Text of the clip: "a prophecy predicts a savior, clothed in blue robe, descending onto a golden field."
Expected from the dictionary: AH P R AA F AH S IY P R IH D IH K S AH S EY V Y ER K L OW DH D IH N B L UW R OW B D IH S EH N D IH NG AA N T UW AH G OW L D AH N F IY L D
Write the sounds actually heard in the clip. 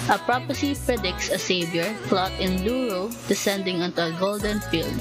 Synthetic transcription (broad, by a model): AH P R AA P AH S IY P R IH D IH K S AH S EY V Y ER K L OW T IH N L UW R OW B D IH S EH N D IH NG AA N T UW AH G OW L D AH N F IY L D